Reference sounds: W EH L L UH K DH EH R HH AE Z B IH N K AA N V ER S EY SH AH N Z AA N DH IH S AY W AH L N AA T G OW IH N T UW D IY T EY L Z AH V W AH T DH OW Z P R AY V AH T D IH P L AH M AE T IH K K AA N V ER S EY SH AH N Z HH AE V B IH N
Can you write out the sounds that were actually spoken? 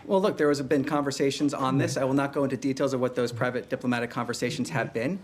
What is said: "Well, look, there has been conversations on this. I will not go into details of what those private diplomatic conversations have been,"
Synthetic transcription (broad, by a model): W EH L L UH K DH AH R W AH Z B IH N K AA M V ER S EY SH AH N Z N DH IH S AY W AH L N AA T G OW IH N T UW D IY T EY L Z AH V W AH T DH OW Z P R AY V AH T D IH P L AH M AE T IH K K AA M V ER S EY SH N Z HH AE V B IH N